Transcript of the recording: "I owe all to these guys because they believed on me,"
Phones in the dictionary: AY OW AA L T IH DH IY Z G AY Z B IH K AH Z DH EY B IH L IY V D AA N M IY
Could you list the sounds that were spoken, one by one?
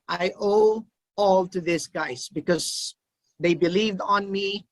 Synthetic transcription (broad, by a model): AY OW AA L T IH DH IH S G AY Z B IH K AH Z DH EY B IH L IY V D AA N M IY